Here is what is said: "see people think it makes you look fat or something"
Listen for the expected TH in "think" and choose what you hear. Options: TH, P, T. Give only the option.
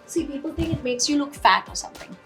TH